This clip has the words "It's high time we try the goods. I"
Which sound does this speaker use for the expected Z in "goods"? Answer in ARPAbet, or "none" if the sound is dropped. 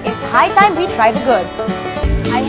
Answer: none